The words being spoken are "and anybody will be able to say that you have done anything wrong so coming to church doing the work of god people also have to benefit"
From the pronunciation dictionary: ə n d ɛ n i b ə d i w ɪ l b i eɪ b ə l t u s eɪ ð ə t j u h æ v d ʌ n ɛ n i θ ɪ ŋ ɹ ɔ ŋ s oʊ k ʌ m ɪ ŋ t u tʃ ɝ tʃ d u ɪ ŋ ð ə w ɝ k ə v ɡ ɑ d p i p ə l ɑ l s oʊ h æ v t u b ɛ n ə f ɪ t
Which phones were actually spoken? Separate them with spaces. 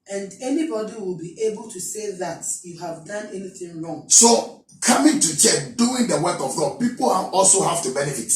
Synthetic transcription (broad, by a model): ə n d ɛ n i b ə d i w ɪ l b i eɪ b ə l t u s eɪ ð ə t j u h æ v d ʌ n ɛ n i θ ɪ ŋ ɹ ɔ ŋ s oʊ k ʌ m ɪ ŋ t u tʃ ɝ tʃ d u ɪ ŋ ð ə w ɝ k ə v ɡ ɑ d p i p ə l ɑ l s oʊ h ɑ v t u b ɛ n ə f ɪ t